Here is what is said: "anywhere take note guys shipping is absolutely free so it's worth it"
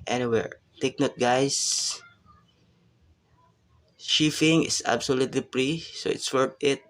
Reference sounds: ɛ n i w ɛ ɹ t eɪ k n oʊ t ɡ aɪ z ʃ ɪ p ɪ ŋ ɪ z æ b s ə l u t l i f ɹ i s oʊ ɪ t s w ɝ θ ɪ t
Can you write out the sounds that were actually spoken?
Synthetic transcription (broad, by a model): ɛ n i w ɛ ɹ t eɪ k n oʊ t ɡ aɪ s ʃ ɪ f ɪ ŋ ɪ s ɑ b s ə l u t l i p ɹ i s oʊ ɪ t s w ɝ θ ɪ t